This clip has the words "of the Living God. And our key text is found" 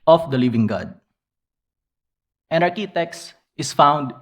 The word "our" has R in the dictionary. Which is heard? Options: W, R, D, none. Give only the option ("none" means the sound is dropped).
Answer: R